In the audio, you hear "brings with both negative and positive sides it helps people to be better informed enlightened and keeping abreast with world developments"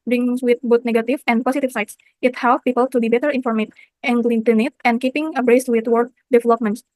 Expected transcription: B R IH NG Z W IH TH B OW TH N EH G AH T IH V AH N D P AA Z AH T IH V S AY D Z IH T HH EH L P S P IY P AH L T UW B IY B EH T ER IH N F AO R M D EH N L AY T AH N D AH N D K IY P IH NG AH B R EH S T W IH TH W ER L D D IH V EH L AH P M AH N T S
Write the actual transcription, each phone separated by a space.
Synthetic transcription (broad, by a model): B R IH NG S W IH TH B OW T N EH G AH T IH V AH N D P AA S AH T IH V S AY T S IH T HH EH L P P IY P AH L T UW B IY B EH T ER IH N F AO R M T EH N L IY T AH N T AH N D K IY P IH NG AH B R EH S T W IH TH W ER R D D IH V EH L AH P M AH N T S